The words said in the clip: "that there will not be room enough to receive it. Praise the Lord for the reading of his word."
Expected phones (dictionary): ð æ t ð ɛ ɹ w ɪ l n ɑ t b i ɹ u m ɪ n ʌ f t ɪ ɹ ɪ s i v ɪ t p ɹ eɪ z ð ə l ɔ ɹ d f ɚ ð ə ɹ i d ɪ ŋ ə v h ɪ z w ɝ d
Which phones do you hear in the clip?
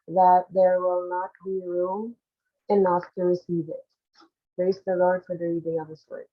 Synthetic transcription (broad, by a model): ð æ t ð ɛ ɹ w ɪ l n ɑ t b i ɹ u m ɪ n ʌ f t ɪ ɹ ɪ s i v ɪ t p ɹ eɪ s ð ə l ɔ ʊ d f ɚ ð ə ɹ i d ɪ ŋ ə v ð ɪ s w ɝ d